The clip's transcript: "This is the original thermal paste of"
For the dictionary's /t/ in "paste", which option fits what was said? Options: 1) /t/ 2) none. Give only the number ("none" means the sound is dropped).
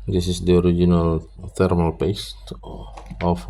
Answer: 1